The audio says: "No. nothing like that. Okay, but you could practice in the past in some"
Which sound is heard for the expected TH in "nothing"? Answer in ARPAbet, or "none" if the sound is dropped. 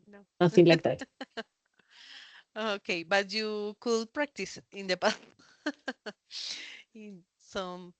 S